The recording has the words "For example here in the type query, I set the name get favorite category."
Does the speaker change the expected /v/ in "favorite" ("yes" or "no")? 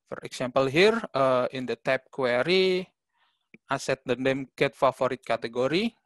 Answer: yes